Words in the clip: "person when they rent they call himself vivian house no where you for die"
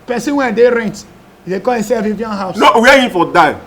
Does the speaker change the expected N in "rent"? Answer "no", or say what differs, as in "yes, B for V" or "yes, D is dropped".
no